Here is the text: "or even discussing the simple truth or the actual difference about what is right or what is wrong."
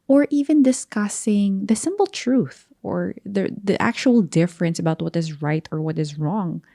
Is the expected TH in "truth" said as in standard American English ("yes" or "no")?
yes